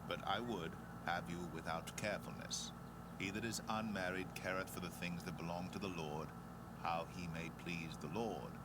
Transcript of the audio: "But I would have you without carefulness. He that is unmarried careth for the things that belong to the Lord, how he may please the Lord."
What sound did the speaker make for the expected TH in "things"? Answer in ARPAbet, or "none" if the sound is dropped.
TH